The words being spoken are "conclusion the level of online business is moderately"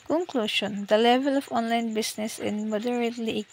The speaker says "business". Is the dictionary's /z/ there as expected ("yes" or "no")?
no